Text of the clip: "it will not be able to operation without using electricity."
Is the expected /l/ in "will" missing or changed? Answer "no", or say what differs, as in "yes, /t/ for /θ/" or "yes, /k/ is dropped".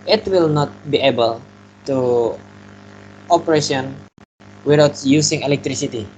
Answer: no